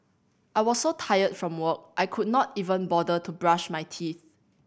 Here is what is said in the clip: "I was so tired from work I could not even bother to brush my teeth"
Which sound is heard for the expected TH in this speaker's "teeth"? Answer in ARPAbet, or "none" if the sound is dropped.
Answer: TH